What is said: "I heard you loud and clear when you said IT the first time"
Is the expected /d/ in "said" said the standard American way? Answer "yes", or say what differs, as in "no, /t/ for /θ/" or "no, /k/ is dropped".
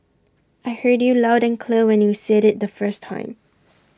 yes